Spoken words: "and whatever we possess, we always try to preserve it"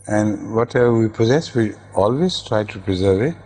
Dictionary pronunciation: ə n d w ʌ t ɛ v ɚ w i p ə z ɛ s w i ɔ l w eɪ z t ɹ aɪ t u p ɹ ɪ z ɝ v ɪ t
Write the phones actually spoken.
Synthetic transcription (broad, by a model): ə n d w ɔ t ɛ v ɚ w i p ə z ɛ s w i ɔ l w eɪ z t ɹ aɪ t u p ɹ ɪ z ɝ v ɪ t